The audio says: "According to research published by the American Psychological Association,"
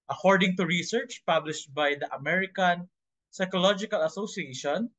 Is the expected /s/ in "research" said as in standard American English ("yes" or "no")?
yes